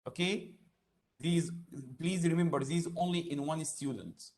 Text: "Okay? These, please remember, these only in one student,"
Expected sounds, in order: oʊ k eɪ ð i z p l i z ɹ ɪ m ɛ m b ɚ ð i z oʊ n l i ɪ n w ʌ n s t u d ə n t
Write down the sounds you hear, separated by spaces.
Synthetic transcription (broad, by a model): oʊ k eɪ ð i z p l i z ɹ ɪ m ɛ m b ɚ ð i z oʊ n l i ɪ n w ʌ n s t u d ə n t